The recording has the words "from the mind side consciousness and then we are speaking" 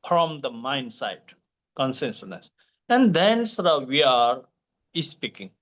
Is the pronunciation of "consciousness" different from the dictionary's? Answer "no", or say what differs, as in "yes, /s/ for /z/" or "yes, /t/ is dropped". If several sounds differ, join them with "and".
yes, /s/ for /ʃ/